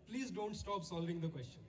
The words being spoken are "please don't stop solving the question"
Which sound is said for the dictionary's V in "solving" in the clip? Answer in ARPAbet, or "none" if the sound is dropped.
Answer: V